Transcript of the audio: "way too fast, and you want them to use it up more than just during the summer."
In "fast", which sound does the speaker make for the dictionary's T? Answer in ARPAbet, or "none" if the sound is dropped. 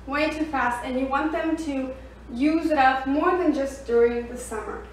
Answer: T